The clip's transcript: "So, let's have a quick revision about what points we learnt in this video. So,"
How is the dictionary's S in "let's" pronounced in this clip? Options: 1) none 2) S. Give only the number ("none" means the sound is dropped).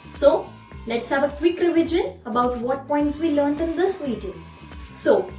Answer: 2